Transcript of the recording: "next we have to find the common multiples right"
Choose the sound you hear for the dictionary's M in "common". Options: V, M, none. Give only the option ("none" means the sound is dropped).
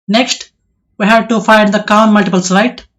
none